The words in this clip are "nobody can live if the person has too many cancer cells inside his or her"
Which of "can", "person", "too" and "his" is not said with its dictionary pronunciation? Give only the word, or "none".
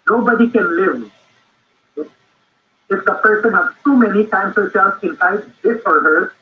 his